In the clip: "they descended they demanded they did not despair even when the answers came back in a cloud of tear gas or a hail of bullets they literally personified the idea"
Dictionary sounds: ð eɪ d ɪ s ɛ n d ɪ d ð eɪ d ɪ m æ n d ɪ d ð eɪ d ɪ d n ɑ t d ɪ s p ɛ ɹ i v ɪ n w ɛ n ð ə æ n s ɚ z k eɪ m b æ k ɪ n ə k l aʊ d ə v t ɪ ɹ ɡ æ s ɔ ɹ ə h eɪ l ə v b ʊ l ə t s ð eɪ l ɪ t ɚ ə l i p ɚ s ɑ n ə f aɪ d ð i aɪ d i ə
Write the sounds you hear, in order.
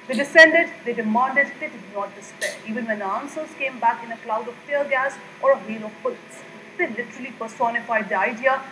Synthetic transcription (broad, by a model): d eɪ d ɪ s ɛ n d ɪ d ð eɪ d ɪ m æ n d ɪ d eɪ d ɪ d n ɑ t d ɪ s p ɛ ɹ i v ɪ n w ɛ n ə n s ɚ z k eɪ m b æ k ɪ n ə k l aʊ d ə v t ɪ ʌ ɡ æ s ɔ ɹ ə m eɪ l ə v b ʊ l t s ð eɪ l ɪ t ɚ ə l i p ɚ s ɑ n ə f aɪ d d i aɪ d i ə